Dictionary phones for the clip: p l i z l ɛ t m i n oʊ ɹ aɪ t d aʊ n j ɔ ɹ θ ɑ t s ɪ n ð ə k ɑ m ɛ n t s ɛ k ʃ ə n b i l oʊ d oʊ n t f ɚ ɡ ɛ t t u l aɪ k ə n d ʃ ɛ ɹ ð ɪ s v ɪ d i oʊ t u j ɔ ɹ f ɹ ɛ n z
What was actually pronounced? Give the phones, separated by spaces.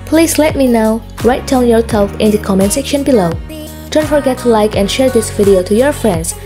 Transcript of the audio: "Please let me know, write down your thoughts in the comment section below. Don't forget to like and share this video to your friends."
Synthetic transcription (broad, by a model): p l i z l ɛ t m i n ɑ ɹ aɪ t d aʊ n j ɔ ɹ s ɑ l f ɪ n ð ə k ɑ m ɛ n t s ɛ k ʃ ə n b i l oʊ d oʊ n t f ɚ ɡ ɛ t t u l aɪ k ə n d ʃ ɛ ɹ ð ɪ s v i d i oʊ t u j ɔ ɹ f ɹ ɛ n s